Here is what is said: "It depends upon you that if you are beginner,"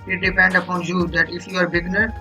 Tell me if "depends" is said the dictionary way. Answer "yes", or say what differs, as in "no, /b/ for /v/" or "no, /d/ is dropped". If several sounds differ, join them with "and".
no, /z/ is dropped